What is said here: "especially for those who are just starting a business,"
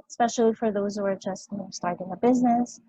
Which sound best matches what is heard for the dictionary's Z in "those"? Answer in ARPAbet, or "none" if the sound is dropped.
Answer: Z